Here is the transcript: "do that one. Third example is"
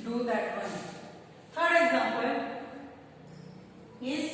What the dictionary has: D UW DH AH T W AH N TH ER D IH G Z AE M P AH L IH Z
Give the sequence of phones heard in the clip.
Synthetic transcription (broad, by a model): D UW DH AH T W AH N F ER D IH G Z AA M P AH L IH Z